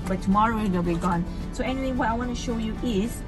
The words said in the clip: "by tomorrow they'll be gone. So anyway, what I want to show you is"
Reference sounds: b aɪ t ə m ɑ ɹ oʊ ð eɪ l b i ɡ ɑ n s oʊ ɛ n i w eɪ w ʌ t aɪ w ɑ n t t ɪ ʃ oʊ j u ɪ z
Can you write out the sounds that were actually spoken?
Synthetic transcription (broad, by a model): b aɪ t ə m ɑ ɹ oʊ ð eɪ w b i ɡ ɑ n s oʊ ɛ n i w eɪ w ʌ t aɪ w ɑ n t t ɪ ʃ oʊ j u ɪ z